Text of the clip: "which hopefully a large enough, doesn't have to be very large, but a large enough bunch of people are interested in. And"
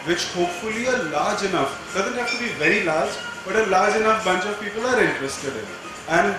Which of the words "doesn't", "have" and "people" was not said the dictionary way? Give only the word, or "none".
have